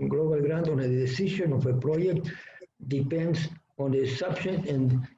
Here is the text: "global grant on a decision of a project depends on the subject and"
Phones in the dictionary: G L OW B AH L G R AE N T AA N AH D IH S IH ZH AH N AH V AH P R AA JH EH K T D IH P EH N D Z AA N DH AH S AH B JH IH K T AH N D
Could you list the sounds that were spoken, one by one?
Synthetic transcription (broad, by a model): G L OW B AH L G R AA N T AA N AH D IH S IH SH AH N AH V AH P R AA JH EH K T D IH P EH N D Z AA N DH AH S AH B SH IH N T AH N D